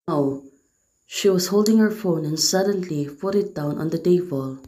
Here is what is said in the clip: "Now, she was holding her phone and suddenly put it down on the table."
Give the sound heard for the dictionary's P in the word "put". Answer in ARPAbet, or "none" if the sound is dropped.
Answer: F